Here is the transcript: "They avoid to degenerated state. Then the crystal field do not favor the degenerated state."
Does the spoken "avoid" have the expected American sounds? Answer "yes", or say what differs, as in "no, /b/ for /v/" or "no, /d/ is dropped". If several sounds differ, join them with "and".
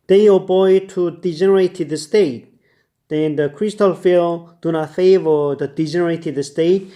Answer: no, /b/ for /v/